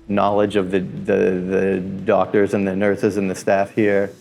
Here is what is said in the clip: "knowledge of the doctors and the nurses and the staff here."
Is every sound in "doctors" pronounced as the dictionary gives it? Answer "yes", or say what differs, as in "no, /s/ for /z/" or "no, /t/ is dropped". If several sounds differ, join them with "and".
yes